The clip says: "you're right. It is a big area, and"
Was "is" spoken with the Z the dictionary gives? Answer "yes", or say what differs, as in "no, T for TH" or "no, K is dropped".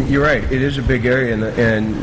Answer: yes